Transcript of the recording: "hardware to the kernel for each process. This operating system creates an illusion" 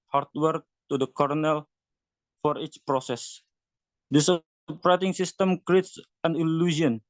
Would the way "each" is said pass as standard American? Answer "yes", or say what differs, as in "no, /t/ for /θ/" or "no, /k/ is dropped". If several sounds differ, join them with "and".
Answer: yes